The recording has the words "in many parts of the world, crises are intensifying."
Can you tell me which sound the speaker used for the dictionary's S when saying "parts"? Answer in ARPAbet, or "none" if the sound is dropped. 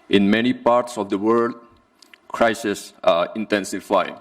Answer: S